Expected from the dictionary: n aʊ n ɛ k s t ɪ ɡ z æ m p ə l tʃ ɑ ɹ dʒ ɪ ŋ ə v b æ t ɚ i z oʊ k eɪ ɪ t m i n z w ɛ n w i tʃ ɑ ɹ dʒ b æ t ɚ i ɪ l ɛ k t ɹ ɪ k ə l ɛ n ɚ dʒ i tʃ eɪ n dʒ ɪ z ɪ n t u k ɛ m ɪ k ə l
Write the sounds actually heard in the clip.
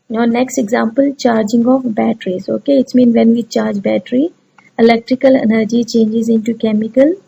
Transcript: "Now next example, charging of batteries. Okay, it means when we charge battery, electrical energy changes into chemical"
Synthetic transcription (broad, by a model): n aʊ n ɛ k s t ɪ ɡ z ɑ m p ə l tʃ ɑ ɹ dʒ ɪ ŋ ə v b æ t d i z oʊ k eɪ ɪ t m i n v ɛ n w i tʃ ɑ ɹ dʒ b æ t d i ɪ l ɛ k t ɹ ɪ k ə l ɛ n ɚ dʒ i tʃ eɪ n dʒ ɪ z ɪ n t u k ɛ m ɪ k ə l